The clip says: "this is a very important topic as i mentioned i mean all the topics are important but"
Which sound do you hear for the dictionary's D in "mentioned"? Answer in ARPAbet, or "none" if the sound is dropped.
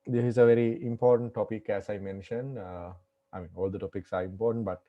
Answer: D